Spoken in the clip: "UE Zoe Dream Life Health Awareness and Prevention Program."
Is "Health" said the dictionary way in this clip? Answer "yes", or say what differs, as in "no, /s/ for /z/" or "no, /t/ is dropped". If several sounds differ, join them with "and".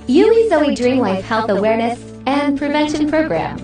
yes